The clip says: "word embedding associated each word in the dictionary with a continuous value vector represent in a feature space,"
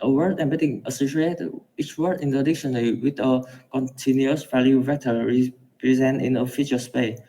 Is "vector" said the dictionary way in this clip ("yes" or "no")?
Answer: no